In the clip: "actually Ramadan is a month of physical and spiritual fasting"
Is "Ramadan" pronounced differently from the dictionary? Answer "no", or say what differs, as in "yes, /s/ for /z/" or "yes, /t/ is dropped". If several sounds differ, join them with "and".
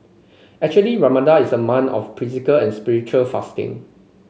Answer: yes, /n/ is dropped